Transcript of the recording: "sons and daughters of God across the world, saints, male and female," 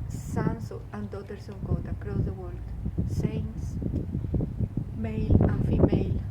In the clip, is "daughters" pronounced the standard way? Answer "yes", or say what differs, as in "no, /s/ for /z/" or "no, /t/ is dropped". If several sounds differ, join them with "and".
no, /s/ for /z/